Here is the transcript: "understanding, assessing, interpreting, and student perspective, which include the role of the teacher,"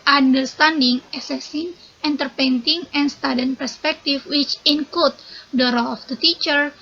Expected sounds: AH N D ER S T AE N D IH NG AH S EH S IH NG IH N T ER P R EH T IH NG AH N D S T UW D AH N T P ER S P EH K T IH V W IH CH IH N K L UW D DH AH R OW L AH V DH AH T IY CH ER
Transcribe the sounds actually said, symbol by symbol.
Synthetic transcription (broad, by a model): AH N D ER S T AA N D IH NG AH S EH S IH NG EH N T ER P EH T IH NG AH N S T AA D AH N P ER S P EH K T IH F W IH CH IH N K L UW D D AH R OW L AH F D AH T IY CH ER